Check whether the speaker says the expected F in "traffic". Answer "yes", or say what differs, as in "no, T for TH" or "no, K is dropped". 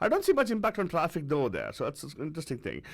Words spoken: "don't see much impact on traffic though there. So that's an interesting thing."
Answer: yes